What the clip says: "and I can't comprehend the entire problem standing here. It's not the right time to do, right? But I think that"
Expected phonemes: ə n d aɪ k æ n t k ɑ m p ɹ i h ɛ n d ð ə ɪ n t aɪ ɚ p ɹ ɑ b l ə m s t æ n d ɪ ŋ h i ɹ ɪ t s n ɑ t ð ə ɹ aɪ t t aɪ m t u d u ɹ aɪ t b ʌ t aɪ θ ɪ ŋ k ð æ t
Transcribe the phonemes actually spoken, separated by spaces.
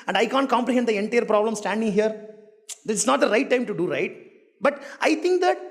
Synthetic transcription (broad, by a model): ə n d aɪ k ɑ n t k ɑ m p ɹ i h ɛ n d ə ɪ n t aɪ ɚ p ɹ ɑ b l ə m s t æ n d ɪ ŋ h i ɹ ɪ s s n ɑ t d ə ɹ aɪ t t aɪ m t u d u ɹ aɪ t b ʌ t aɪ t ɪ ŋ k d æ t